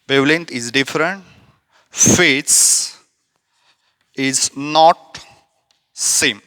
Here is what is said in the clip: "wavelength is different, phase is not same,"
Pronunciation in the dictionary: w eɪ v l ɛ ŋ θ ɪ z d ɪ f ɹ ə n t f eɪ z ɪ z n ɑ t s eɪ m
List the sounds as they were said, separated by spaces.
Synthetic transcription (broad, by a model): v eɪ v l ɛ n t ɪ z d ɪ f ɹ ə n t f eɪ s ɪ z n ɑ t s eɪ m